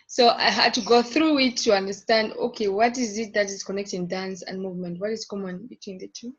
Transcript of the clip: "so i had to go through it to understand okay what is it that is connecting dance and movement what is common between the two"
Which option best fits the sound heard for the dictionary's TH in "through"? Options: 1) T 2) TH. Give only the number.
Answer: 2